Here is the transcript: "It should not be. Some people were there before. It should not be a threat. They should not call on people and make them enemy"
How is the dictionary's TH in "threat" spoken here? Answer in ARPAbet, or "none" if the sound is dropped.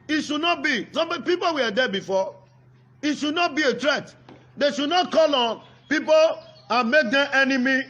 T